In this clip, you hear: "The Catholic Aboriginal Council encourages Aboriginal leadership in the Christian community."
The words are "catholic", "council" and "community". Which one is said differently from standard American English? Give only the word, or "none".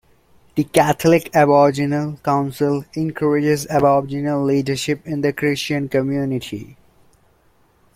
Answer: catholic